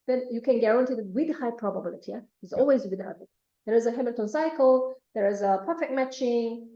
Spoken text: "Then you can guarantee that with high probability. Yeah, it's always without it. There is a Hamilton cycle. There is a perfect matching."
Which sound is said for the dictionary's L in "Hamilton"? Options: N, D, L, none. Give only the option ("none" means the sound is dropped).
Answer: none